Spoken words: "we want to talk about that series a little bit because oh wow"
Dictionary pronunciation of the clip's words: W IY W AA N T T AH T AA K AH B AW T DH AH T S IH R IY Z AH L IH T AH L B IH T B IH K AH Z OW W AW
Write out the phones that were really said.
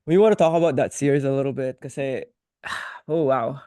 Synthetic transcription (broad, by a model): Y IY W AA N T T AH T AA K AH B AW T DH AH T S IH R IY Z AH L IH T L B IH T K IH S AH OW W AW